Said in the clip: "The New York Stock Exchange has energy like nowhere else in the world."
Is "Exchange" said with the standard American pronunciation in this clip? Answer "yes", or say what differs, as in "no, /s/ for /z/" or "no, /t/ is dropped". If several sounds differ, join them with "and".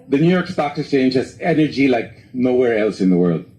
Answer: no, /k/ is dropped